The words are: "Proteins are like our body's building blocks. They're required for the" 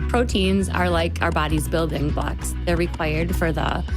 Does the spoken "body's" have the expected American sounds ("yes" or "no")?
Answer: yes